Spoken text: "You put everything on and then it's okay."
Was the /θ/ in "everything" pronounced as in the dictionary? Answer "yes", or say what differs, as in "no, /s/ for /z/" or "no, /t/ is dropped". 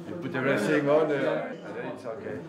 no, /s/ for /θ/